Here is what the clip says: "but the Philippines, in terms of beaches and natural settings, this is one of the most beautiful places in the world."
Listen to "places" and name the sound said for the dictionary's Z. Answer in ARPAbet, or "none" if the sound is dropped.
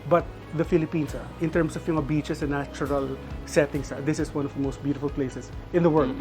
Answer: S